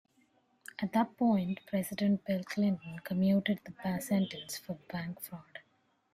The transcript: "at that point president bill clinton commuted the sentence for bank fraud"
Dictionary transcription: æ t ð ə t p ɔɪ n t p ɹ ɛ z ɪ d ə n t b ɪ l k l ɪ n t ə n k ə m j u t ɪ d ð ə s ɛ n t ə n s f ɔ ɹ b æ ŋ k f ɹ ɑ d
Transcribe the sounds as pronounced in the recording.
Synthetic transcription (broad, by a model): æ t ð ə t p ɔɪ n t p ɹ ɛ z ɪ d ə n t b ɪ l k l ɪ n t ə n k ə m j u t ɪ d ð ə s ɛ n t ə n s f ɔ ɹ b æ ŋ k f ɹ ɑ d